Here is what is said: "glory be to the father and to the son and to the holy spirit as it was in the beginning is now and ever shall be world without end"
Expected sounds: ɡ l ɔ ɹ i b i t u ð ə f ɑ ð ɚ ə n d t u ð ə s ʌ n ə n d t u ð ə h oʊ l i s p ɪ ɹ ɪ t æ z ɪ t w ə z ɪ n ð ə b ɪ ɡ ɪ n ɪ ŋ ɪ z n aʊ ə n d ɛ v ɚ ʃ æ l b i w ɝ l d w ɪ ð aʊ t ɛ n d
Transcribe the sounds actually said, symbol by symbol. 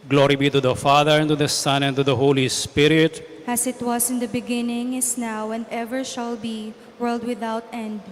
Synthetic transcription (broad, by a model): ɡ l ɔ ɹ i b i t u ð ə f ɑ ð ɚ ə n t u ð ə s ʌ n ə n t u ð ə h oʊ l i s p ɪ ɹ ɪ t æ s ɪ t w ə s ɪ n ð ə b ɪ ɡ ɪ n ɪ ŋ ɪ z n aʊ ə n d ɛ v ɚ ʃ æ l b i w ɝ l d w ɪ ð aʊ t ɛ n d